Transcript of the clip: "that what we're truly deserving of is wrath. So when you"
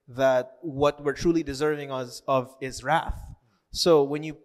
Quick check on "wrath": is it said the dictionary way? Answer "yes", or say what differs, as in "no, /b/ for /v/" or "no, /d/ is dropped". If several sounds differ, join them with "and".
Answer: yes